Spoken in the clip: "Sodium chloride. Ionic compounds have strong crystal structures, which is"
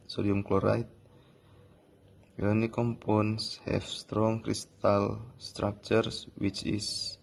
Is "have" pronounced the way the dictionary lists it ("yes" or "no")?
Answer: no